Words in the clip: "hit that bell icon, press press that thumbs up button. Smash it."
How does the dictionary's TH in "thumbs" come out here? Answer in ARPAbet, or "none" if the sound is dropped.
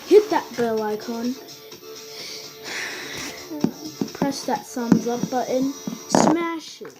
S